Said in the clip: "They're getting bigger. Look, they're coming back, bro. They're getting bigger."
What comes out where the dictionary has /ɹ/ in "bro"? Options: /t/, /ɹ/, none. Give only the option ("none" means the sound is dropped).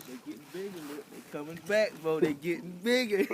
none